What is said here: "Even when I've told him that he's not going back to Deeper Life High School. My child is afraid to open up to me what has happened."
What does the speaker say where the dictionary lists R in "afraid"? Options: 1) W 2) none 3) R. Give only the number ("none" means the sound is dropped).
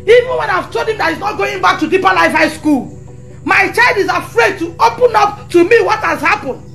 3